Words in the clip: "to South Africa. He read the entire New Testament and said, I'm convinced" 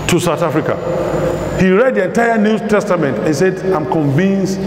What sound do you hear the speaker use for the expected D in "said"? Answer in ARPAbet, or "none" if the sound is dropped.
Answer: D